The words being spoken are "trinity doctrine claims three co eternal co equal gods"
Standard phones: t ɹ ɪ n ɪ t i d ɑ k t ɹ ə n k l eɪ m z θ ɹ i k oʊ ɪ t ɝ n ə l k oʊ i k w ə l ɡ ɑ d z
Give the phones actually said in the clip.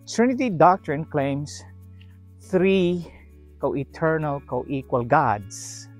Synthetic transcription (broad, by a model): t ɹ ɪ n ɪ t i d ɑ k t ɹ ə n k l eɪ m s θ ɹ i k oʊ ɪ t ɝ n ə l k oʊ i k w ə l ɡ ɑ d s